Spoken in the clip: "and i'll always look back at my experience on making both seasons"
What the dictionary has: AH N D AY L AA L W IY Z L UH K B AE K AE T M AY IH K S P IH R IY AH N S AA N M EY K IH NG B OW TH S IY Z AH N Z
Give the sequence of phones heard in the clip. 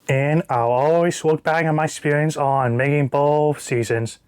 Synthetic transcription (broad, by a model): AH N AY L AA L W IY Z W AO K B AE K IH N M AY IH K S P IH R IY AH N S N M EY K IH NG B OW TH S IY Z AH N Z